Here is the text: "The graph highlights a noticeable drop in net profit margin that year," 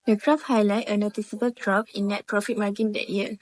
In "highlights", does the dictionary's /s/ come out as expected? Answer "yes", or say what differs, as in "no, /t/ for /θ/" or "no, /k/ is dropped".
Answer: no, /s/ is dropped